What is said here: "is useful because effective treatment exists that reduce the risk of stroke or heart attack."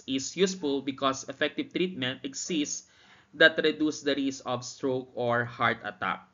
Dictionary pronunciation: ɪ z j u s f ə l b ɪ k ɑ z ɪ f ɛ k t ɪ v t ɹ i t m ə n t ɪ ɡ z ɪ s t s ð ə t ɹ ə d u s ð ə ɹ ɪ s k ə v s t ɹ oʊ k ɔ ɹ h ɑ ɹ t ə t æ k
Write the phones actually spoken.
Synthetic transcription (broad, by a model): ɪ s j u s f ə l b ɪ k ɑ s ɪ f ɛ k t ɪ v t ɹ i t m ə n t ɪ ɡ s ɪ s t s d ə t ɹ ə d u s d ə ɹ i s ə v s t ɹ oʊ k ɔ ɹ h ɑ ɹ t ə t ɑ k